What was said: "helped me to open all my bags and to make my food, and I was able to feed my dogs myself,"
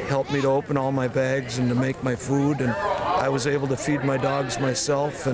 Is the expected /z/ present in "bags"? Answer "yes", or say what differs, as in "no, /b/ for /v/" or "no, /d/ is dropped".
yes